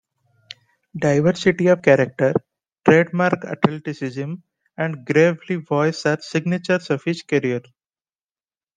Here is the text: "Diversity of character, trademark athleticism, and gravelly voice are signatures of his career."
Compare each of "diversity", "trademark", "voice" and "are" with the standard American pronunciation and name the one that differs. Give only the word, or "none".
none